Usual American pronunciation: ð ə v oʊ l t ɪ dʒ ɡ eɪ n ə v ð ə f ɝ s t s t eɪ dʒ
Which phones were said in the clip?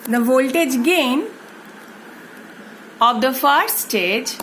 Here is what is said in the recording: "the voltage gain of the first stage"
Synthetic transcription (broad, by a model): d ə v oʊ l t ɪ dʒ ɡ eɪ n ə v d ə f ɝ t s t eɪ dʒ